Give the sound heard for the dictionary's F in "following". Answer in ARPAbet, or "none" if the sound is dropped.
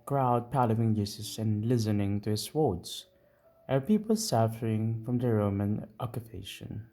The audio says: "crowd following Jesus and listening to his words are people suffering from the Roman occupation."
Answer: P